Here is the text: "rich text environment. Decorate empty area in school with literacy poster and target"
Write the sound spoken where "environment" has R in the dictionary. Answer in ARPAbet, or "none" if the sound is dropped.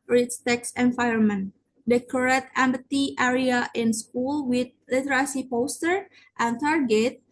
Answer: none